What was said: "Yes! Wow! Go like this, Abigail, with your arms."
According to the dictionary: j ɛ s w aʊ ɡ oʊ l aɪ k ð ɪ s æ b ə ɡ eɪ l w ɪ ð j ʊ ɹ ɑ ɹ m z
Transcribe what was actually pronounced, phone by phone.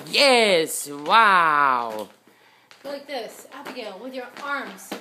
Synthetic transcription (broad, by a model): j ɛ s w aʊ l aɪ k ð ɪ s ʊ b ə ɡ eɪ n w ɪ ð j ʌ ɹ ɑ ɹ m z